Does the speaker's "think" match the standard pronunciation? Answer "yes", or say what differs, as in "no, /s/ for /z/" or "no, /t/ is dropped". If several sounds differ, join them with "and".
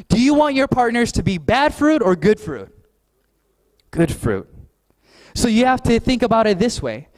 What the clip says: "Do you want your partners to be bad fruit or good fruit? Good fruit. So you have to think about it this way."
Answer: yes